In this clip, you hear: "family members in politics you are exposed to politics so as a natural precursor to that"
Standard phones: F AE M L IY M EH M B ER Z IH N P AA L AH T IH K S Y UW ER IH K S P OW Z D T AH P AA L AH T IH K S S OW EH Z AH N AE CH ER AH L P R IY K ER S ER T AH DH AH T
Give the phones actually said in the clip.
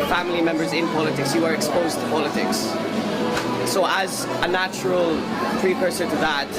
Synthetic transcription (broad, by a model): F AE M L IY M EH M B ER Z IH N P AA L AH T IH K S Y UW ER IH K S P OW Z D T AH P AA L AH T IH K S S OW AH Z AH N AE CH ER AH L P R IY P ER S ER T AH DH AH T